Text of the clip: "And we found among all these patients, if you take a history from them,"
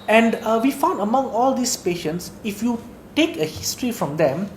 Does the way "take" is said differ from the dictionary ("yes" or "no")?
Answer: no